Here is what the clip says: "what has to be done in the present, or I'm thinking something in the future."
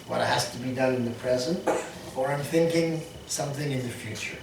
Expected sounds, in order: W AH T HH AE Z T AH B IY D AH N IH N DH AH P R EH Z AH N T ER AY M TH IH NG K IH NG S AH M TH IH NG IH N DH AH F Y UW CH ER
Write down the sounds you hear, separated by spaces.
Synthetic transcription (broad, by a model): W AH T HH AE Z T AH B IY D AH N IH N DH AH P R EH Z AH N T ER AY M TH IH NG K IH NG S AH M TH IH NG IH N DH AH F Y UW CH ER